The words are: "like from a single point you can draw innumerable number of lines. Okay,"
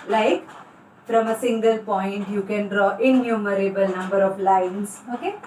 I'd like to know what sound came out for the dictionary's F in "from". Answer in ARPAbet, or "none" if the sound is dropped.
P